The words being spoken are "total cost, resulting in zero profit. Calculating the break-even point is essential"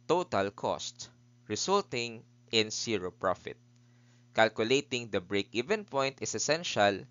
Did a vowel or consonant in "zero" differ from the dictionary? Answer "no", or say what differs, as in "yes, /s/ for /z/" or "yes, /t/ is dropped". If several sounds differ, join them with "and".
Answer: yes, /s/ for /z/